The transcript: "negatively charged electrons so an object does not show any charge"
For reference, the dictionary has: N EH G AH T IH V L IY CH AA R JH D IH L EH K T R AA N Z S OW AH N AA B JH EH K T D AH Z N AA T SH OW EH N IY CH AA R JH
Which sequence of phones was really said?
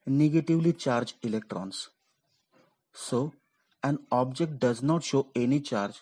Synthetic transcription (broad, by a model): N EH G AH T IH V L IY CH AA R JH IH L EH K T R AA N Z S OW AH N AA B JH EH K T D AH Z N AA T SH OW EH N IY CH AA R JH